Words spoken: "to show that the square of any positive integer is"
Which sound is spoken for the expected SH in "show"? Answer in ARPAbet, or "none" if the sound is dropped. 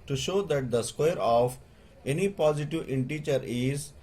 SH